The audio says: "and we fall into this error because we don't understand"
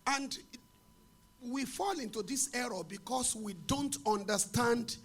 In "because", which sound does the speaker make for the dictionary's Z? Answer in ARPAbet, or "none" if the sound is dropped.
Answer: S